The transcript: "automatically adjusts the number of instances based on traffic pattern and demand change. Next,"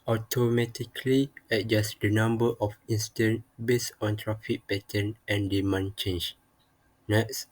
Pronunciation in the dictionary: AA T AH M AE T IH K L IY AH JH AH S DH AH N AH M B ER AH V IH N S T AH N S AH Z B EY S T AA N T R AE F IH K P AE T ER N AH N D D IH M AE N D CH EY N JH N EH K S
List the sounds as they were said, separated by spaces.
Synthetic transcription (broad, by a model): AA T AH M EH T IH K L IY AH JH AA S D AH N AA M B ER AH F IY N S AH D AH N B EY S AA N T R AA F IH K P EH T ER N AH N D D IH M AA N CH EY N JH N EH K S